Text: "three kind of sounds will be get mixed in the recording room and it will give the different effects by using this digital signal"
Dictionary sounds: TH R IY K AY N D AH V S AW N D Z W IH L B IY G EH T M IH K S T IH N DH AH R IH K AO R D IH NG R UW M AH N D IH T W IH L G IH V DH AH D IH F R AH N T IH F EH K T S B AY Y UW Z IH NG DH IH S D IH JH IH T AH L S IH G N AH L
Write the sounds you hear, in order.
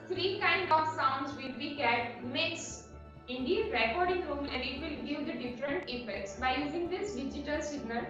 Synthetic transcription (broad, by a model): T R IY K AY N D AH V S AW N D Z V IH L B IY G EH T M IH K S IH N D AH R IH K AO R D IH NG R UW M AH N D IH T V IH L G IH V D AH D IH F R AH N T IH F EH K T S B AY Y UW Z IH NG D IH S D IH JH IH T AH L S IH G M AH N